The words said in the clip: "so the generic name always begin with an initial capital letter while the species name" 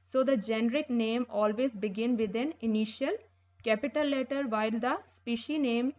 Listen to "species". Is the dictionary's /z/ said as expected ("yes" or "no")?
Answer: no